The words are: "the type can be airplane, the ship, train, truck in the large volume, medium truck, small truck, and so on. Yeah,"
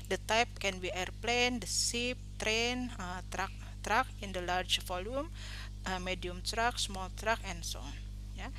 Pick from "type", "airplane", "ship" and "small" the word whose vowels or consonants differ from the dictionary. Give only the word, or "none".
ship